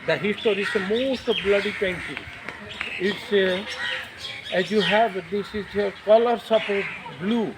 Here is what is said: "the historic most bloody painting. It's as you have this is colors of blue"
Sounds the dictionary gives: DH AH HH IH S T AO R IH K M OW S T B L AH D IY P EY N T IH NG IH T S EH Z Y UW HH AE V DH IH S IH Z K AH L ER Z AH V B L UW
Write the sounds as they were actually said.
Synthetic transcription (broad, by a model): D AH HH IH S T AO R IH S M OW S T B L AH D IY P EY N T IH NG IH T S EH Z Y UW HH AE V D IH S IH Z K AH L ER S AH P B L UW